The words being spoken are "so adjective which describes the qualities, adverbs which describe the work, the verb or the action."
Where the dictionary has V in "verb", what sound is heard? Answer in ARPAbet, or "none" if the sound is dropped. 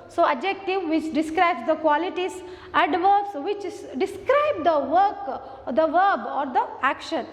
V